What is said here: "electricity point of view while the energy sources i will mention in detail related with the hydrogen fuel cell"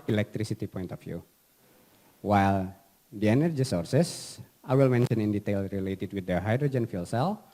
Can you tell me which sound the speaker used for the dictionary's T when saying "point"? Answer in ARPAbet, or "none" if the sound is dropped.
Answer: T